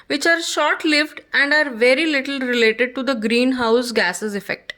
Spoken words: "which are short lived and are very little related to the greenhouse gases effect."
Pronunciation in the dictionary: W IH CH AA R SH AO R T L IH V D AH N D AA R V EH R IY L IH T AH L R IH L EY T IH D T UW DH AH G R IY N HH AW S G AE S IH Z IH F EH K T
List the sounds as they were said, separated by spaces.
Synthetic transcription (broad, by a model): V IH CH AA R SH AO R T L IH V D AH N D AA R V EH R IY L IH T AH L R IH L EY T IH D T UW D AH G R IY N HH AW S G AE S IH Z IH F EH K T